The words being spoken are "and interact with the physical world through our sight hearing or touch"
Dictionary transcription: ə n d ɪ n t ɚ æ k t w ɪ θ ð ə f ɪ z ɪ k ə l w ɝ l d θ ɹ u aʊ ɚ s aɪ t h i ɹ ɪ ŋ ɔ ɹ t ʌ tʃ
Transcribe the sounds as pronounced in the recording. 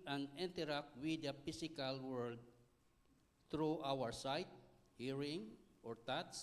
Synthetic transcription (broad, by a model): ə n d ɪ n t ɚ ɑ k t w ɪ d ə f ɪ s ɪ k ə l w ɝ l d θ ɹ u aʊ ɚ s aɪ t h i ɹ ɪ ŋ ɔ ɹ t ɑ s